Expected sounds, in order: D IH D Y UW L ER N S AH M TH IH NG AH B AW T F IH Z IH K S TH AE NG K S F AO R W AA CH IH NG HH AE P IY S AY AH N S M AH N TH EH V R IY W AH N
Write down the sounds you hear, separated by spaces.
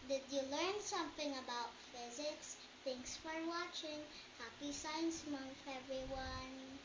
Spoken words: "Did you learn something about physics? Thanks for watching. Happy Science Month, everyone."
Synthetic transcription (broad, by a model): D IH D Y UW L ER N S AH M TH IH NG AH B AW T F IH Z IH K S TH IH NG S F AO R W AA CH IH NG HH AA P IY S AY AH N S M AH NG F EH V R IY W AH N